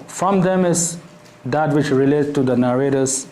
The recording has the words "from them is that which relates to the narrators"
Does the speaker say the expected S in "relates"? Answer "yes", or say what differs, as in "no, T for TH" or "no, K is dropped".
no, S is dropped